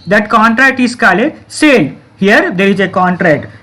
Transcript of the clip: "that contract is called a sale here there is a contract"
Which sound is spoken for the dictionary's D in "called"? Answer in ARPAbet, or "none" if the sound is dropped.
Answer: none